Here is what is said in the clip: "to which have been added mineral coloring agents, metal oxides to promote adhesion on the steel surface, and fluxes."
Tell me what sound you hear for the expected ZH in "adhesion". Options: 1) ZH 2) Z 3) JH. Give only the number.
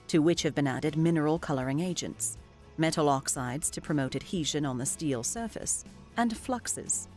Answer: 1